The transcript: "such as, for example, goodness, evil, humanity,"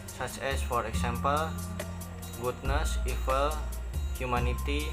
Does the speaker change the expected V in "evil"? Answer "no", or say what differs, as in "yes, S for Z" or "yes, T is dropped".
yes, F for V